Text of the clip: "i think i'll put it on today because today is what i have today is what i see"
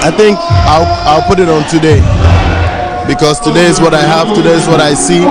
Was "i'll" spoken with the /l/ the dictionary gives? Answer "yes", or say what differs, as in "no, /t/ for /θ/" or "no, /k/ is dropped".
yes